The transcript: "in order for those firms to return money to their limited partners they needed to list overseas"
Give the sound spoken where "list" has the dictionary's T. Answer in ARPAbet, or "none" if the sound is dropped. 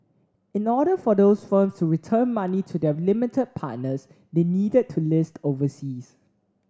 T